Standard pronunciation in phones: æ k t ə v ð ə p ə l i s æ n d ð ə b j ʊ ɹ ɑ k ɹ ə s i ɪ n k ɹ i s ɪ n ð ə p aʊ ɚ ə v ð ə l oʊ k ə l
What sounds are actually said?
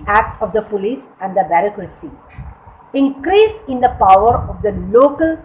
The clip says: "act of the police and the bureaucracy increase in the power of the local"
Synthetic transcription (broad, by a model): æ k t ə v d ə p ə l i s æ n d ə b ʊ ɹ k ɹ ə s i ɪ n k ɹ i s ɪ n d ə p aʊ ɚ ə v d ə l oʊ k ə l